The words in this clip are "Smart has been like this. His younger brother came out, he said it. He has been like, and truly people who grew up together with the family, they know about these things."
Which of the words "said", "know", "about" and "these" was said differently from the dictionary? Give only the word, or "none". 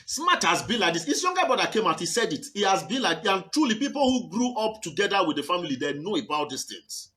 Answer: these